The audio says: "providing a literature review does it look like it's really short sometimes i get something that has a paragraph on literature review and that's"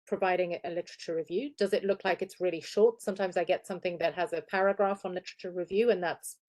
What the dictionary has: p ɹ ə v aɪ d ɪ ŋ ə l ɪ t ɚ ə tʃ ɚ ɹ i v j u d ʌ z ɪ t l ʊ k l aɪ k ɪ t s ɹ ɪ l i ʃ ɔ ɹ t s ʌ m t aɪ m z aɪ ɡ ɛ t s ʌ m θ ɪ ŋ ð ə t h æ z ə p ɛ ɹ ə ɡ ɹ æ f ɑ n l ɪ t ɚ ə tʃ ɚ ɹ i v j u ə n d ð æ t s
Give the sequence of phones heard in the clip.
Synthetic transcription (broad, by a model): p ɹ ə v aɪ d ɪ ŋ ə l ɪ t ɚ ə tʃ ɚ ɹ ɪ v j u d ʌ z ɪ t l ʊ k l aɪ k ɪ t s ɹ ɪ l i ʃ ɔ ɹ t s ʌ m t aɪ m z aɪ ɡ ɛ t s ʌ m θ ɪ ŋ ð ə t h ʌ z ə p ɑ ɹ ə ɡ ɹ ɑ f n l ɪ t ɚ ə tʃ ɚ ɹ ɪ v j u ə n ð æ t s